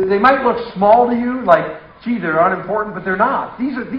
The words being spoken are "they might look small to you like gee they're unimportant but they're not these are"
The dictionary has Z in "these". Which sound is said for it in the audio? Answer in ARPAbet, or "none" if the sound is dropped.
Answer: Z